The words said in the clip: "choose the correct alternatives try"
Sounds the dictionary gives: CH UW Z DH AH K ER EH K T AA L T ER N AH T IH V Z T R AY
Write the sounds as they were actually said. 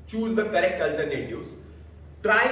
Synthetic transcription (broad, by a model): CH UW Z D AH K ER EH K T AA L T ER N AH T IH Z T R AY